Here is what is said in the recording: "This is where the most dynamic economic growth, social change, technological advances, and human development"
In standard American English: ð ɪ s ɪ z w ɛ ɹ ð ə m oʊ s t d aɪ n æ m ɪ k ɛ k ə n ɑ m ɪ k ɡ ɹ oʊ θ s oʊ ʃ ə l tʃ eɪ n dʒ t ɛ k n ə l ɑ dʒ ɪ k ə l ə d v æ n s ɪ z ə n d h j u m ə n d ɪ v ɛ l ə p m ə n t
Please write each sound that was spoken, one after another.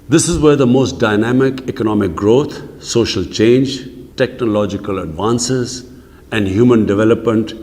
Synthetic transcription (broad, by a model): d ɪ s ɪ z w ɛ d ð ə m oʊ s t d aɪ n æ m ɪ k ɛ k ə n ɑ m ɪ k ɡ ɹ oʊ t s oʊ ʃ ə l tʃ eɪ n dʒ t ɛ k n ə l ɑ dʒ ɪ k ə l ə d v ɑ n s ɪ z ə n d h j u m ə n d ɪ v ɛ l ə p m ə n t